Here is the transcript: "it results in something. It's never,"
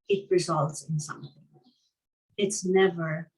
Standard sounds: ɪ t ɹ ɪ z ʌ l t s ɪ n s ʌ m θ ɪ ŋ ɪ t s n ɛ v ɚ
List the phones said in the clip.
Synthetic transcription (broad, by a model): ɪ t ɹ ɪ z ʌ l t s ɪ n s ʌ m θ ɪ ŋ ɪ t s n ɛ v ɚ